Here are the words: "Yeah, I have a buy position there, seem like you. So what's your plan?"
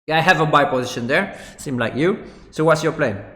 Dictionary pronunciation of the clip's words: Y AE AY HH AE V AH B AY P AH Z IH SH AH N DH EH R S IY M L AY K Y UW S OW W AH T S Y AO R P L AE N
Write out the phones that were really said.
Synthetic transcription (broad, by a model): AY HH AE V AH B AY P AH Z IH SH AH N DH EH R S IY M L AY K Y UW S OW W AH T S Y AO R P L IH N